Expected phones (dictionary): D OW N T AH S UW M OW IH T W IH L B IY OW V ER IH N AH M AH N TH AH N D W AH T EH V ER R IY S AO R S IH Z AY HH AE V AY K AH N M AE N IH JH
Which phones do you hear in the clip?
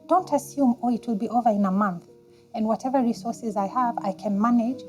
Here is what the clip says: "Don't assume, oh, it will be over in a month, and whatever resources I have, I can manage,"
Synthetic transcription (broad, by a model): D OW N T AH S UW M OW IH T W IH L B IY OW V ER IH N AH M AH N TH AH N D W AH T EH V ER R IY S AO R S IH Z AY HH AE V AY K AH N M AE N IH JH